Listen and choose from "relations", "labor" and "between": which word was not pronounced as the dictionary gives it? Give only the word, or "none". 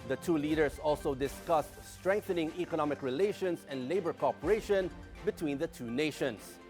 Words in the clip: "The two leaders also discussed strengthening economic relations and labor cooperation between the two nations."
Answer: relations